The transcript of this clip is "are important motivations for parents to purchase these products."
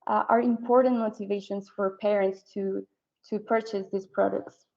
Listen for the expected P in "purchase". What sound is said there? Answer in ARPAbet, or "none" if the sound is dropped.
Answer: P